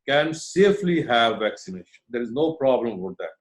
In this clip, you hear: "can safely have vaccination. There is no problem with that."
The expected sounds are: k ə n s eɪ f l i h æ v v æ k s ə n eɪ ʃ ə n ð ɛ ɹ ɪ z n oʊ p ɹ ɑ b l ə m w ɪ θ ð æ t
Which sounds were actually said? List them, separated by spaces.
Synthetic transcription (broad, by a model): k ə n s eɪ f l i h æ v v æ k s ə n eɪ ʃ ə n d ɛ ɹ ɪ z n oʊ p ɹ ɑ b l ə m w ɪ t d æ t